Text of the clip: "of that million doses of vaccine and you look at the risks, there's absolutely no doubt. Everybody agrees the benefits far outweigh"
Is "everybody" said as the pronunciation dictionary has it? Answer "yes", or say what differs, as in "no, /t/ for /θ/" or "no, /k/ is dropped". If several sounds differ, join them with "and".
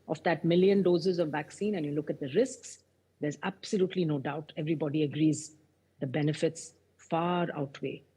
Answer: yes